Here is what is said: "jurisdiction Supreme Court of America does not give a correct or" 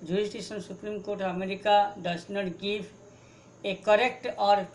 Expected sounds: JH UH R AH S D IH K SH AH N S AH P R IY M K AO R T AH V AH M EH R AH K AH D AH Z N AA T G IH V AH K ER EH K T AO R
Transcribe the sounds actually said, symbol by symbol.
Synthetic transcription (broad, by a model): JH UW R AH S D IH K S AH N S AH P R IY M K AO R T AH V AH M EH R AH K AH D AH S N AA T G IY P AH K ER EH K T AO R